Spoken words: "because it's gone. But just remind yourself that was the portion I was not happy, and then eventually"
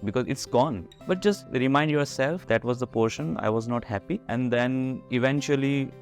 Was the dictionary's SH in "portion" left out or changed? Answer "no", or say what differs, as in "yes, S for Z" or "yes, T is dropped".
no